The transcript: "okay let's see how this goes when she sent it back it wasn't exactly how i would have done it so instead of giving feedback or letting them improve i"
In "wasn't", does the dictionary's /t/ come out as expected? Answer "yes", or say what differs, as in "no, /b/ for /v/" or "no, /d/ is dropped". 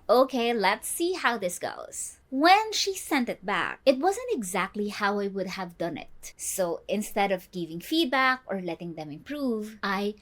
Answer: yes